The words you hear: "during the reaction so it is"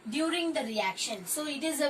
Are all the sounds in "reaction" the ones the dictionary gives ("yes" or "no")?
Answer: yes